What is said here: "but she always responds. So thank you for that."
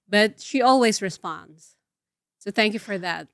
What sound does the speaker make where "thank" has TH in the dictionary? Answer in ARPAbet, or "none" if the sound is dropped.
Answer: TH